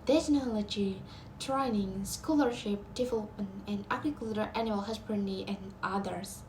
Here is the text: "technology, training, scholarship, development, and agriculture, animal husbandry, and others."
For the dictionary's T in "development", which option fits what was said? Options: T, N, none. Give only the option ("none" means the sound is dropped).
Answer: none